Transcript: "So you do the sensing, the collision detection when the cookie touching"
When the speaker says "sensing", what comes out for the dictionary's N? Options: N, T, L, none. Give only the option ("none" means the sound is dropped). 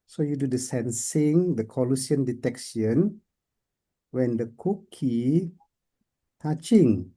N